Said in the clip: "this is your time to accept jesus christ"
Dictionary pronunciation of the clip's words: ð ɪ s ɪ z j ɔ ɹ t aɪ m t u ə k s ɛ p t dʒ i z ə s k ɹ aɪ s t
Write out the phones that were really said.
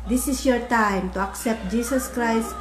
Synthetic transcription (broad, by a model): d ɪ s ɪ s j ɔ ɹ t aɪ m t u ə k s ɛ p t dʒ i s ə s k ɹ aɪ s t